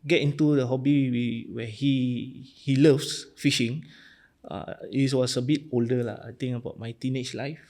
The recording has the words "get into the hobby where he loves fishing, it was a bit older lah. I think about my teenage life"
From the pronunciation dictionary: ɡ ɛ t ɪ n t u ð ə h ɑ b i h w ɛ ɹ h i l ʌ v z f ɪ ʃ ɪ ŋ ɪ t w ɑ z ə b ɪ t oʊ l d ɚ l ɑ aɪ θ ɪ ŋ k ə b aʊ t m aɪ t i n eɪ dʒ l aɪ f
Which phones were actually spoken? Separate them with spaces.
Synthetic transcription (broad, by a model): ɡ ɛ t ɪ n t u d ə h ɑ b i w w ɛ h h i l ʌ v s f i ʃ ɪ ŋ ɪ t w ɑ s ə b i t oʊ l d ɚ l ɑ aɪ t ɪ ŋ ə b aʊ t m aɪ t i n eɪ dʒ l aɪ f